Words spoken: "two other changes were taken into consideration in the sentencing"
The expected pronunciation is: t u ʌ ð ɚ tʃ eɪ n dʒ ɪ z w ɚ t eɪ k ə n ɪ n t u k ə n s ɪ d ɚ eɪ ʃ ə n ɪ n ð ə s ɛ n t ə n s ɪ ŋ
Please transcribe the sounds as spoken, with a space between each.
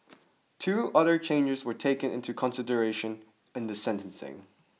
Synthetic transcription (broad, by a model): t u ʌ ð ɚ tʃ eɪ n dʒ ɪ z w ɚ t eɪ k ə n ɪ n t u k ə n s ɪ d ɚ eɪ ʃ ə n ɪ n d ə s ɛ n t ə n s ɪ ŋ